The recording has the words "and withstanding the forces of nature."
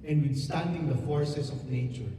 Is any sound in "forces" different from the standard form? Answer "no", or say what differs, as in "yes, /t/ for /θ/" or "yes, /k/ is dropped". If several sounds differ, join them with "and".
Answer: yes, /s/ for /z/